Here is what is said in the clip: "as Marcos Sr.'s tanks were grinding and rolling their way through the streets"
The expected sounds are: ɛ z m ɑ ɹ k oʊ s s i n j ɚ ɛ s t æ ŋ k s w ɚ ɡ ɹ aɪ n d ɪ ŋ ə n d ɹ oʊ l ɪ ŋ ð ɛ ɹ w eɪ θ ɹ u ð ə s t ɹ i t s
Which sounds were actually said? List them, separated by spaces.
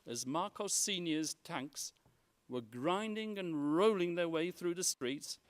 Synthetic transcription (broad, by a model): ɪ z m ɑ ɹ k oʊ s s i n j ɚ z t æ ŋ k s w ɚ ɡ ɹ aɪ n d ɪ ŋ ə n ɹ oʊ l ɪ ŋ ð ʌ ɹ w eɪ θ ɹ u ð ə s t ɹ i t s